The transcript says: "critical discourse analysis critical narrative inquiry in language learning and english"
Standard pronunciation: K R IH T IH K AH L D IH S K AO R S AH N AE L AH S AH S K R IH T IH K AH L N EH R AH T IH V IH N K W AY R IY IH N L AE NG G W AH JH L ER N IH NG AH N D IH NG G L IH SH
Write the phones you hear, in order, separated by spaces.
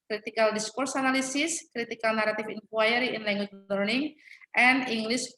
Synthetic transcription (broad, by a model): K R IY T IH K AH L D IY S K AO R S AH N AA L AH S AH S K R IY T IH K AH L N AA R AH T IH F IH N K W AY R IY IH N L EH NG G W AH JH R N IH NG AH N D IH NG G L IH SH